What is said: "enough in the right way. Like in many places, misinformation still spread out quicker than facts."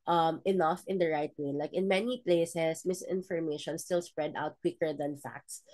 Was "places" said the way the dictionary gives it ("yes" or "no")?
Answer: no